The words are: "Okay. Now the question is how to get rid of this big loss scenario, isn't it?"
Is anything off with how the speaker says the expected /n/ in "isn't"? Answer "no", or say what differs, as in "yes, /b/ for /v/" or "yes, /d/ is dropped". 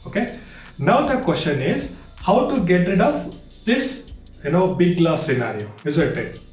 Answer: yes, /l/ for /n/